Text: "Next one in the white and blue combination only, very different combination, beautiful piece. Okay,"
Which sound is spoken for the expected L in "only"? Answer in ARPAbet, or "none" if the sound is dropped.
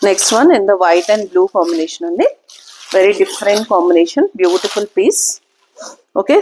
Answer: none